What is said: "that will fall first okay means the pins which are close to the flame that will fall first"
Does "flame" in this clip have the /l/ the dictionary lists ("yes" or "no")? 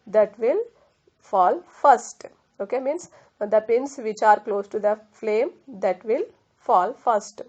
yes